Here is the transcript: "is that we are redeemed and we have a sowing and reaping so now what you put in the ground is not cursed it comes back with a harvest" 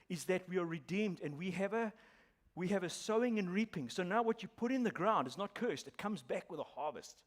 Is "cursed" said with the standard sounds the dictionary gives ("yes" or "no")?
yes